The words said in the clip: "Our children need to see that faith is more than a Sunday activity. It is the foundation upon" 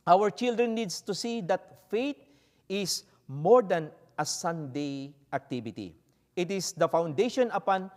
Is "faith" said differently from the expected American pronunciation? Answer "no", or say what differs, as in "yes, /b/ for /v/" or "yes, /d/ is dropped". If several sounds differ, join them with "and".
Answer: yes, /t/ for /θ/